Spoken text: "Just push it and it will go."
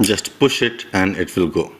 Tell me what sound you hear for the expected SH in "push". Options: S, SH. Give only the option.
SH